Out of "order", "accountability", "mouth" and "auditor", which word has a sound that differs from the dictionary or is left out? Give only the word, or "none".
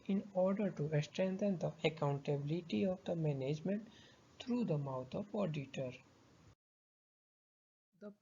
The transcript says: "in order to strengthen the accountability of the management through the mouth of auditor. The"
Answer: mouth